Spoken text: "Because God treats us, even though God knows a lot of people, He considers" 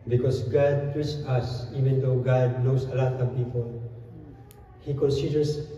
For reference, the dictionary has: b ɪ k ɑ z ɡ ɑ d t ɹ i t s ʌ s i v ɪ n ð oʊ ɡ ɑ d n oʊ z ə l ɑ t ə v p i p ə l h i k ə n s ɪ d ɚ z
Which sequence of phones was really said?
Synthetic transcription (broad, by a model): b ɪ k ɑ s ɡ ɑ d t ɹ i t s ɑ s i v ɪ n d oʊ ɡ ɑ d n oʊ s ə l ɑ t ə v p i p ə l h i k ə n s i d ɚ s